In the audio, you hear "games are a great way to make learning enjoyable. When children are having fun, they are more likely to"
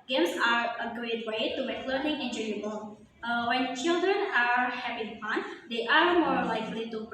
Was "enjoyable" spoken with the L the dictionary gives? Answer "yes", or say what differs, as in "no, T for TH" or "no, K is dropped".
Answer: no, W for L